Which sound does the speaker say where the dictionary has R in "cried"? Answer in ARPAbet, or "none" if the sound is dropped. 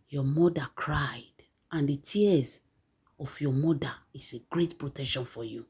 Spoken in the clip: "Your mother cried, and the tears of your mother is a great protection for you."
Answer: R